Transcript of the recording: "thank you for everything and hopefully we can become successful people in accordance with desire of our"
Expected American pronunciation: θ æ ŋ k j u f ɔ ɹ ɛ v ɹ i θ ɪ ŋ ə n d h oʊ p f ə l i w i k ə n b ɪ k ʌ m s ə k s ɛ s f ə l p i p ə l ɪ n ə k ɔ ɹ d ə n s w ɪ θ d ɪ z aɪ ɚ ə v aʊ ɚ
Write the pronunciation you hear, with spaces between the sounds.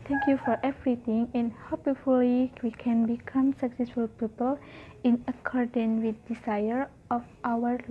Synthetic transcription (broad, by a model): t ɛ ŋ k j u f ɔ ɹ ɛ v ɹ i t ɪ ŋ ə n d h oʊ p f ə l i w i k ə n b ɪ k ʌ m s ə k s ɛ s f ə l p i p ə l ɪ n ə k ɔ ɹ d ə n w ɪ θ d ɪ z aɪ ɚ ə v aʊ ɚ